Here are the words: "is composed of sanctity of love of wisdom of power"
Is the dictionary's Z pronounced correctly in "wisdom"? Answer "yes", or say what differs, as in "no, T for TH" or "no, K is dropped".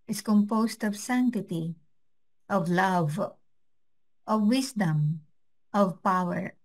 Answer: no, S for Z